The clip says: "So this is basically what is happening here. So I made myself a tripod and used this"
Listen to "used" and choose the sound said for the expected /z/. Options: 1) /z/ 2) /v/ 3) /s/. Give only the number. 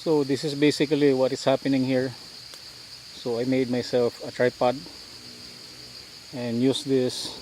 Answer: 3